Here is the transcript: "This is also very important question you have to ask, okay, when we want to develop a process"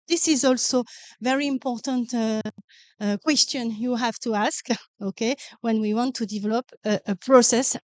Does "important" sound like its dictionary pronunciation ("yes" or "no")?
yes